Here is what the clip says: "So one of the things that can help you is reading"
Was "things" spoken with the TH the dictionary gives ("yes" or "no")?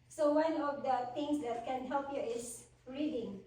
no